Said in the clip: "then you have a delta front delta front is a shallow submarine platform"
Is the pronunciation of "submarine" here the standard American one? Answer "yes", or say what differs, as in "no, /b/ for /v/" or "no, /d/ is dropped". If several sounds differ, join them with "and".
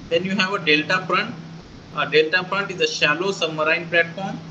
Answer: no, /b/ is dropped